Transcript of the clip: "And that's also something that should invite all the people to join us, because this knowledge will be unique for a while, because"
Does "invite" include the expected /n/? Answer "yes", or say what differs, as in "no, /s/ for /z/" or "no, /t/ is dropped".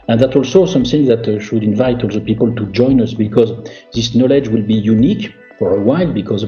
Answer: yes